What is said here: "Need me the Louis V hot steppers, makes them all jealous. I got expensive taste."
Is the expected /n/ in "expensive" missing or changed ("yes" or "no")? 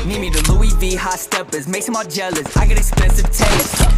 yes